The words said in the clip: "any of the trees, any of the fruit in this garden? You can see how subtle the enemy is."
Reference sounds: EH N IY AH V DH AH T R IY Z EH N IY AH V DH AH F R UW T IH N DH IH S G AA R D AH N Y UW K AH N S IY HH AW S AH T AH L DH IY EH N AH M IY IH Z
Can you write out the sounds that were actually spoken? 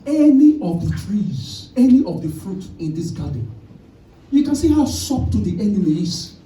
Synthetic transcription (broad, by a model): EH N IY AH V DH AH T R IY Z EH N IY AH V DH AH F R UW T IH N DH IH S G AA D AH N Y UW K AH N S IY HH AW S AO T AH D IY EH N AH M IY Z